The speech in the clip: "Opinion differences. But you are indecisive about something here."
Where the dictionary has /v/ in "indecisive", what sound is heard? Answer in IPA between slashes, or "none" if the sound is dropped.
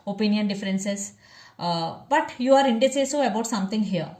none